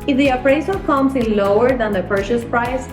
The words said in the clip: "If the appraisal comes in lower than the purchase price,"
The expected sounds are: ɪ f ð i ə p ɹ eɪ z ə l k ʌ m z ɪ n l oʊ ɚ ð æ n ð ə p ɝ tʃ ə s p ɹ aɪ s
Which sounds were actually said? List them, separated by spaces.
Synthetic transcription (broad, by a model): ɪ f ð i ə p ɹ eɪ s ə k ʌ m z ɪ n l oʊ ɚ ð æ n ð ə p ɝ ʃ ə s p ɹ aɪ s